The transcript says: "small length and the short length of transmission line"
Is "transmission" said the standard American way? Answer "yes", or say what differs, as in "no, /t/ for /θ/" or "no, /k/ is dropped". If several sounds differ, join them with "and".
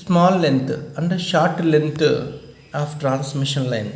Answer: yes